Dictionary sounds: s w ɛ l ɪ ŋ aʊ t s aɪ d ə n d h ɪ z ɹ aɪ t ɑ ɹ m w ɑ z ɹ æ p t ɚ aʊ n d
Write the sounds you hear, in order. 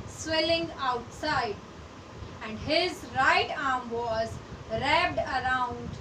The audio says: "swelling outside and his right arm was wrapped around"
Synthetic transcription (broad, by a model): s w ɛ l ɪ ŋ aʊ t s aɪ d ə n d h ɪ z ɹ aɪ t ɑ ɹ m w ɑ z ɹ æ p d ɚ aʊ n d